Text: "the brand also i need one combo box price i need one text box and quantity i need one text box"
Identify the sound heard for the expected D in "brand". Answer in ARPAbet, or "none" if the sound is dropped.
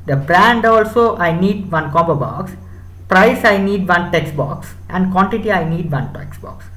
D